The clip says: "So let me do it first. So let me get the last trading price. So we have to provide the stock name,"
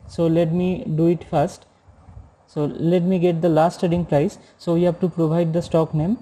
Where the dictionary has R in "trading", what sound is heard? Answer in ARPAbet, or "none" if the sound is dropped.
none